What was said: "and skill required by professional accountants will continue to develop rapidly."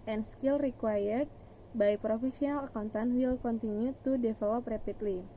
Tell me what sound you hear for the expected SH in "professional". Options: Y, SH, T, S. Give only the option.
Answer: S